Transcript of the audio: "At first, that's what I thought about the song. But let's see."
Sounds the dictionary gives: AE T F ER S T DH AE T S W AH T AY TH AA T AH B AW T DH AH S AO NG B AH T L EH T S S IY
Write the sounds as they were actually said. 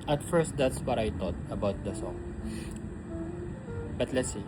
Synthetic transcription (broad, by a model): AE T F ER S T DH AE T S W AH T AY T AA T AH B AW T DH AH S AO NG B AH T L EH T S S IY